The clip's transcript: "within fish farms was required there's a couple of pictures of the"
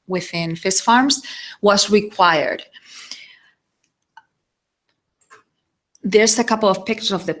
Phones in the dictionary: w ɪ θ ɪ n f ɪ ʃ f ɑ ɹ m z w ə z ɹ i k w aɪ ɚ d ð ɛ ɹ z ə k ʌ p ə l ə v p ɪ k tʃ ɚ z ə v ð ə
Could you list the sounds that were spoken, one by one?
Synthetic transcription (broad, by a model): w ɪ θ ɪ n f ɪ s f ɑ ɹ m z w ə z ɹ i k w aɪ ɚ d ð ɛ ɹ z ə k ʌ p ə l ə v p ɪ k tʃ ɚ ə v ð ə